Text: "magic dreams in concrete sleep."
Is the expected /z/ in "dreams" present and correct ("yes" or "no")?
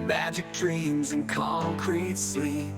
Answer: yes